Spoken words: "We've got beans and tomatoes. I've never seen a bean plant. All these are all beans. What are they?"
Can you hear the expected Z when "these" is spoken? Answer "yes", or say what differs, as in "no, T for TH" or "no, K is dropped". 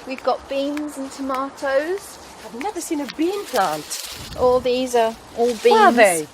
yes